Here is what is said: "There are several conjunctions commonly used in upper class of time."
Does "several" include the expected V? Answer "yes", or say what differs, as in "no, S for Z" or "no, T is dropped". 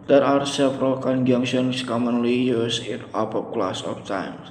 no, F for V